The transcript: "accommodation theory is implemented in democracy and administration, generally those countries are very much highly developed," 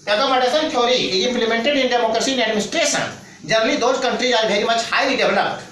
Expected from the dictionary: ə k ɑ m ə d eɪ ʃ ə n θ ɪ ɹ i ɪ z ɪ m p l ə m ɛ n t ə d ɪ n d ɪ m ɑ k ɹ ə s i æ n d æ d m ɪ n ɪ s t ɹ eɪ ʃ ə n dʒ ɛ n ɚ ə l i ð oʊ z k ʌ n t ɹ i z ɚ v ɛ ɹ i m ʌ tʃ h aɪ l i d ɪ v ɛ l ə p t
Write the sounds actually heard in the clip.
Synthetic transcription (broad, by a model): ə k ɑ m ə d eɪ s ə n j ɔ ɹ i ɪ ɪ m p l ə m ɛ n t ə d ɪ n d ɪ m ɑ k ɹ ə s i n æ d m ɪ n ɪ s t ɹ eɪ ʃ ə n dʒ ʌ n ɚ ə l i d oʊ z k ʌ n t ɹ i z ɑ b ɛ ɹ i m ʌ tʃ h aɪ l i d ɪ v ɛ l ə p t